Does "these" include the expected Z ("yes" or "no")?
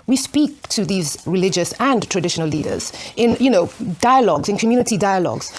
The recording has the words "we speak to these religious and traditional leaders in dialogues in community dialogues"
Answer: yes